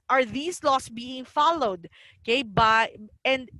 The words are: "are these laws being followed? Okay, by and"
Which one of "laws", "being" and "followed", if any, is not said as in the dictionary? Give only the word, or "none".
laws